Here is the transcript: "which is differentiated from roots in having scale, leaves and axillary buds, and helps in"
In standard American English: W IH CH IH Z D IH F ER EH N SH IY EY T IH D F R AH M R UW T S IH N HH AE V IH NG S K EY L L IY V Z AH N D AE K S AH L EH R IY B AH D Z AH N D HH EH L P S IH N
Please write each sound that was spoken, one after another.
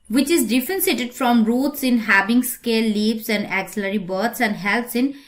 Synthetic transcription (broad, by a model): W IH CH IH Z D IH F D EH N S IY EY T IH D F R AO M R UW T S IH N HH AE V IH NG S K EY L L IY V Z AH N D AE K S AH L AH R IY B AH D S AH N D HH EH L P S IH N